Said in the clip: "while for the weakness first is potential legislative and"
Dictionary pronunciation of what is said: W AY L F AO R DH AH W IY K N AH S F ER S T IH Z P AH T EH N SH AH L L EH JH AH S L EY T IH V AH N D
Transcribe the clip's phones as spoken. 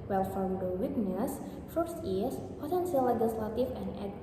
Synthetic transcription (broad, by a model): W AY L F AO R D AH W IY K N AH S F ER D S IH S P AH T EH N S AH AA L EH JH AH S L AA T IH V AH N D